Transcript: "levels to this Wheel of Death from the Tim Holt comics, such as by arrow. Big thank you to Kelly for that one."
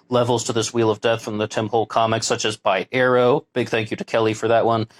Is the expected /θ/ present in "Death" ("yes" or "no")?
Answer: yes